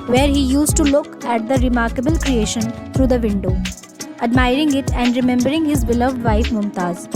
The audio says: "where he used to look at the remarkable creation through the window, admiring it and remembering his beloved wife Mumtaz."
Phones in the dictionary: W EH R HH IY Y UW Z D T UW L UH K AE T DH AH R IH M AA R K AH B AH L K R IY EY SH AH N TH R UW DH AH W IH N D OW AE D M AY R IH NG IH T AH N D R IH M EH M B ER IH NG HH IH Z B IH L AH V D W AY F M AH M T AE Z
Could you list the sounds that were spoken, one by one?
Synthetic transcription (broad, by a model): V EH R HH IY Y UW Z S T UW L UH K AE T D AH R IH M AA R K AH B AH L K R IY EY SH AH N T R UW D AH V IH N D OW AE D M AY R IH NG IH T AH N D R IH M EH M B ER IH NG HH IH Z B IH L AH V D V AY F M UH M T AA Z